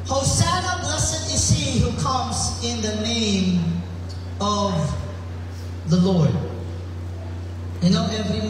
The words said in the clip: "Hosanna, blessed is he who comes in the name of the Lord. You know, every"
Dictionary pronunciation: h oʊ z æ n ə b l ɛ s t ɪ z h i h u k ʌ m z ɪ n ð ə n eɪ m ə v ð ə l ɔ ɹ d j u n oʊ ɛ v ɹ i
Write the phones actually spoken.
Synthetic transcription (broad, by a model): h oʊ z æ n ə b l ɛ s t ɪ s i h u k ʌ m z ɪ n ð ə n eɪ m ə v ð ə l ɔ ɹ d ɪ n oʊ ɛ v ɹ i